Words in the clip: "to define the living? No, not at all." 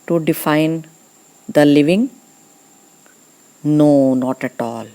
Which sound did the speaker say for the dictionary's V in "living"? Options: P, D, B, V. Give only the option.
V